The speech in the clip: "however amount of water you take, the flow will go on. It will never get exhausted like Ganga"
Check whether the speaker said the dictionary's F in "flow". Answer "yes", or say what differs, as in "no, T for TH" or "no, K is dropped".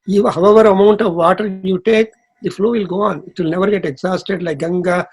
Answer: yes